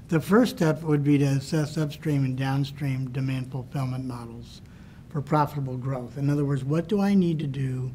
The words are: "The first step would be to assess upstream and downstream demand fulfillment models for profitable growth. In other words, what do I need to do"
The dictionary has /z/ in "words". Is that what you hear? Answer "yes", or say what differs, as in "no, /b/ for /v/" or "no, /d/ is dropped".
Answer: yes